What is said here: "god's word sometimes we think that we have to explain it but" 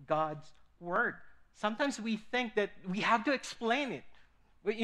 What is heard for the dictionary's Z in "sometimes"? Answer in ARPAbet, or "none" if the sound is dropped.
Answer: Z